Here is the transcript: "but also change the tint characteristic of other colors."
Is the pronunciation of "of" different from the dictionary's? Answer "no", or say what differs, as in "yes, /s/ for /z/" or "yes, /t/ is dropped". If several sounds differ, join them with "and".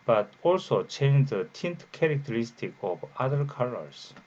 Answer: yes, /b/ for /v/